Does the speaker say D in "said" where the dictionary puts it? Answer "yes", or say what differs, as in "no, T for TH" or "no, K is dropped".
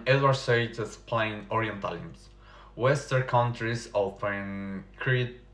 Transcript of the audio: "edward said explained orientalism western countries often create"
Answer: no, D is dropped